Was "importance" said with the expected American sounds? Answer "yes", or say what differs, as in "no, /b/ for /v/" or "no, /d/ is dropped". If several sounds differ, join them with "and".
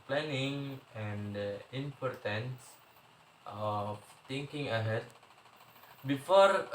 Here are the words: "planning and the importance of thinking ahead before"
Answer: yes